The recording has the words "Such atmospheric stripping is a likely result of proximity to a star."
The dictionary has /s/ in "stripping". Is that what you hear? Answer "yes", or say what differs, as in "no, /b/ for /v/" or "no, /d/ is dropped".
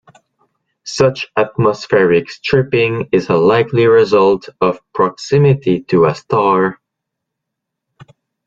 yes